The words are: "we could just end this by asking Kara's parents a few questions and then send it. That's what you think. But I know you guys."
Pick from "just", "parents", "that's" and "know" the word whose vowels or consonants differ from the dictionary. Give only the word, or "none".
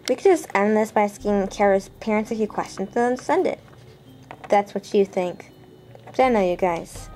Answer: none